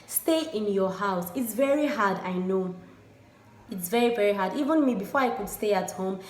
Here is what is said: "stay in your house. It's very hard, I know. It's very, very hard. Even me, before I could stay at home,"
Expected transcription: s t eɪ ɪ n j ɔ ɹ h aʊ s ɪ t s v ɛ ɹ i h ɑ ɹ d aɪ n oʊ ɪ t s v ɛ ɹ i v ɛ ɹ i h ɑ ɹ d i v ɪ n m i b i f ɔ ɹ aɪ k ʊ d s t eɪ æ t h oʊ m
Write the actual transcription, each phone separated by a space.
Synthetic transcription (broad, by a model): s t eɪ ɪ n j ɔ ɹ h aʊ s ɪ t s v ɛ ɹ i h ɑ d aɪ n oʊ ɪ t s v ɛ ɹ i v ɛ ɹ i h ɑ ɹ d i v ɪ n m i b i f ɔ ɹ aɪ k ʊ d s t eɪ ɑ t h oʊ m